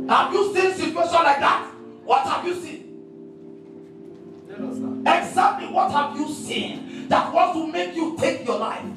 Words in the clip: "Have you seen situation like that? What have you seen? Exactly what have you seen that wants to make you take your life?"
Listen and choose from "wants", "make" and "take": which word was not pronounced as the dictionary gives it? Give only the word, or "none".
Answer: wants